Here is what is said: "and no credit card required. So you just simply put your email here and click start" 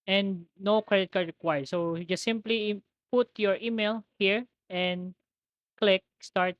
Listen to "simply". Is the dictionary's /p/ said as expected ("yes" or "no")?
yes